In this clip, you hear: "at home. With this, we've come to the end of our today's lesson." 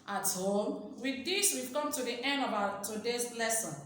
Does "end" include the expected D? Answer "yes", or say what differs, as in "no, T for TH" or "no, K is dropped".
no, D is dropped